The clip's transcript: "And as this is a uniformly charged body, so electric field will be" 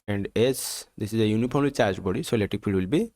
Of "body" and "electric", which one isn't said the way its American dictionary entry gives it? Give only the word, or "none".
electric